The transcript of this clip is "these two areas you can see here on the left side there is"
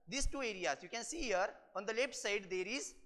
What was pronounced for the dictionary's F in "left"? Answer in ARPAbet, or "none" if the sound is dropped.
P